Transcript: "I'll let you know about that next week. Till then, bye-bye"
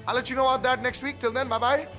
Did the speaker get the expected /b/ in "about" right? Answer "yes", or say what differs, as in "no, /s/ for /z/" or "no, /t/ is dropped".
no, /b/ is dropped